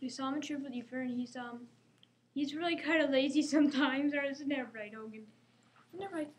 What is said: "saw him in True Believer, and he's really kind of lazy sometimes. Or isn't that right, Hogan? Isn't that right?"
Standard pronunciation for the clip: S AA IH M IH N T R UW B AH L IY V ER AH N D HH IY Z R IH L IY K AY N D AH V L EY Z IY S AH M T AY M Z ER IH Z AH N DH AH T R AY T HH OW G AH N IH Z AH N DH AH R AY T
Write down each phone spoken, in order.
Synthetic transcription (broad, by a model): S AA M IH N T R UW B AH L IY F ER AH N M HH IY Z R IH L IY K AY N D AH L EY Z IY S AH M T AY M Z ER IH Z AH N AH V R AY T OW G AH N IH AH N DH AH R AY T